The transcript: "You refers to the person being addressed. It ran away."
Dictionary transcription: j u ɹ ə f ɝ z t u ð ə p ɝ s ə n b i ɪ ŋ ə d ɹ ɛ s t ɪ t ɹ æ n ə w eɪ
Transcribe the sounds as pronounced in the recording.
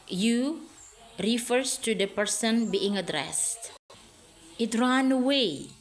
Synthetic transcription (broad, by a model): j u ɹ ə f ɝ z t u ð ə p ɝ s ə n b i ɪ ŋ ə d ɹ ɛ s t ɪ t ɹ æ n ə w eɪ